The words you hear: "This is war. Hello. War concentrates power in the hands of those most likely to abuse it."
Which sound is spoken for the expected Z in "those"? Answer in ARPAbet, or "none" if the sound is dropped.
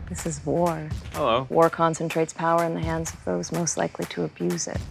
Z